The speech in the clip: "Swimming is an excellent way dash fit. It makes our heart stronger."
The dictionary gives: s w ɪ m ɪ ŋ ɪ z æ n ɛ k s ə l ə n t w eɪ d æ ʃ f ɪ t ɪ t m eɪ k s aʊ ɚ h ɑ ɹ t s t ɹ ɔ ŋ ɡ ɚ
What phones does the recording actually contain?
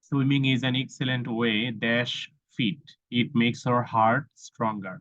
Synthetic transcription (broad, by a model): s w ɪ m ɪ ŋ ɪ z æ n ɛ k s ə l ə n t w eɪ d æ ʃ f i t ɪ t m eɪ k s aʊ ɚ h ɑ ɹ t s t ɹ ɔ ŋ ɡ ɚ